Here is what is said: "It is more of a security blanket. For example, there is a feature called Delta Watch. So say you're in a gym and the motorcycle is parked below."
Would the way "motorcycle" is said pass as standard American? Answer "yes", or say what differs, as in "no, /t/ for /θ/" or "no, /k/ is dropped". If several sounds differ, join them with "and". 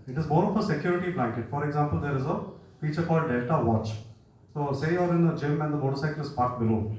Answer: no, /k/ is dropped